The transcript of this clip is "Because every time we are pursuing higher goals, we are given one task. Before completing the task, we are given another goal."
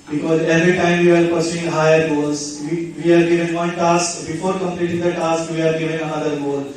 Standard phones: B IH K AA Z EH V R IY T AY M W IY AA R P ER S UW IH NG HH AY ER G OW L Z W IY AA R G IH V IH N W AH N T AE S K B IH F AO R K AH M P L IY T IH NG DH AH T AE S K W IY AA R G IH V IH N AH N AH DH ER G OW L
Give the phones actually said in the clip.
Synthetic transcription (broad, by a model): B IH K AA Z EH V R IY T AY M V IY AA R P ER S UW IH NG HH AY ER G OW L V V IY AA R G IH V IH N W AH N T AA S K B IH F AO R K AH M P L IY T IH NG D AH T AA S K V IY AA R G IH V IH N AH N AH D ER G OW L